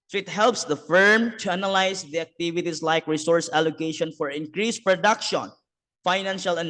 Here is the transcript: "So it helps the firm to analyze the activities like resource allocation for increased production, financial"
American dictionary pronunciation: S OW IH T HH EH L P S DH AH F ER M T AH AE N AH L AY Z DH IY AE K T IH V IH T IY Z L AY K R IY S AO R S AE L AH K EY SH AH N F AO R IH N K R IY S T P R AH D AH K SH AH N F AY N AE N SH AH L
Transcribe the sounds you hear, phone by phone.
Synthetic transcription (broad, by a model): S IH T HH EH L P S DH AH F ER M T AH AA N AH L AY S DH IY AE K T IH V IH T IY S L AY K R IY S AO R S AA L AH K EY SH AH N F AO R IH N K R IY S P R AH D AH K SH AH N F AY N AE N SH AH L